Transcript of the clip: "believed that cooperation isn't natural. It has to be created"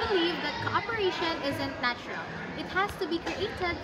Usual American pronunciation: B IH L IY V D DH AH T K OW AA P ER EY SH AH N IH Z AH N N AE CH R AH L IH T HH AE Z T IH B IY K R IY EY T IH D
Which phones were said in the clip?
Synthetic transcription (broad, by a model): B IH L IY V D DH AH T K OW AA P ER EY SH AH N IH Z AH N N AE CH R AH L IH T HH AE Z T IH B IY K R IY EY T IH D